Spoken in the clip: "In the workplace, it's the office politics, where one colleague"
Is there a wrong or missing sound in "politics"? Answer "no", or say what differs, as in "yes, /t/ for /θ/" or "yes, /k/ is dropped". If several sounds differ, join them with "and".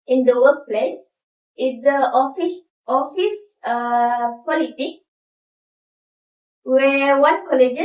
yes, /s/ is dropped